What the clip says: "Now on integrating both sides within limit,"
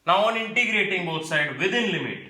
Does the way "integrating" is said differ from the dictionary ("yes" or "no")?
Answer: no